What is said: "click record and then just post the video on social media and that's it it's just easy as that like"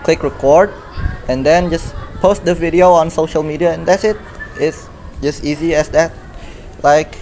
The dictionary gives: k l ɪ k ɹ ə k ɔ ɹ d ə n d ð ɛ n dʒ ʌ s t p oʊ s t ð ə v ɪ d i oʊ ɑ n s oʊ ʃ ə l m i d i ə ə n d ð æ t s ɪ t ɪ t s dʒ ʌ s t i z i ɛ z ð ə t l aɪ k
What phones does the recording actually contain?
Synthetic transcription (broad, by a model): k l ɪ k ɹ ə k ɔ ɹ d ə n d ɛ n dʒ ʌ s p oʊ s t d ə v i d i oʊ ɑ n s oʊ ʃ ə l m i d i ə ə n d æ t s ɪ t ɪ t s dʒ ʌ s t i z i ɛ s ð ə t l aɪ k